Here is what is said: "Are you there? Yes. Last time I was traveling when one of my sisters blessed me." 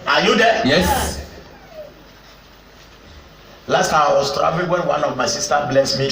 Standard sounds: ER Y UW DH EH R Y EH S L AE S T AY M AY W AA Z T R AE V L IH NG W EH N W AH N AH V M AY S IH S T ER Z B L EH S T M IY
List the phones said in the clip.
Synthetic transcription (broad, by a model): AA Y UW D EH Y EH S L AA S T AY AY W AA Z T R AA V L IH W EH N W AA N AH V M AY S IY S T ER B L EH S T M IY